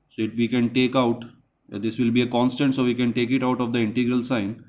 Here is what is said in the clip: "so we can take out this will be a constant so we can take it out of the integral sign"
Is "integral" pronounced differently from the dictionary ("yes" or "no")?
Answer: no